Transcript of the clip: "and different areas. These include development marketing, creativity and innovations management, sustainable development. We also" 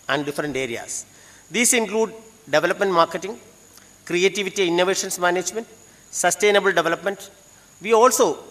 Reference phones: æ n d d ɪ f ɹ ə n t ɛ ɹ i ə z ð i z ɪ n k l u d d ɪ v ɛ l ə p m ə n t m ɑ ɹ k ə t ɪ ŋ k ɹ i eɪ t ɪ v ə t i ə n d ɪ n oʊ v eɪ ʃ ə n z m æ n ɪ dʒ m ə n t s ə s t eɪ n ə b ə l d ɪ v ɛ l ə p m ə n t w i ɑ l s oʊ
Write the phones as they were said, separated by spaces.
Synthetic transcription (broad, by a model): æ n d d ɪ f ɹ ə n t ɛ ɹ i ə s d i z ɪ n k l u d d ɪ v ɛ l ə p m ə n t m ɑ ɹ k ə t ɪ ŋ k ɹ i eɪ t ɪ v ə t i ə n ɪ n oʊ v eɪ ʃ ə n s m æ n ɪ dʒ m ə n t s ə s t eɪ n ə b ə l d ɪ v ɛ l ə p m ə n t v i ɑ l s oʊ